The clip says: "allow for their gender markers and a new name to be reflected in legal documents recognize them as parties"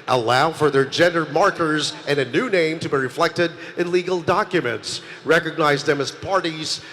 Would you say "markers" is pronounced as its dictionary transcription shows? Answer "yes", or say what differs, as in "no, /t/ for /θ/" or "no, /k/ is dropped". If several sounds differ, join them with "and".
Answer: yes